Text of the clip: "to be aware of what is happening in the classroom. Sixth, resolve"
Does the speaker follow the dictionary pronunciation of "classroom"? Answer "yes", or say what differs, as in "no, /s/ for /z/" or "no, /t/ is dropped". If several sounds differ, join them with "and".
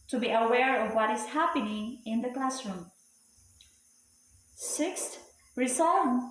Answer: yes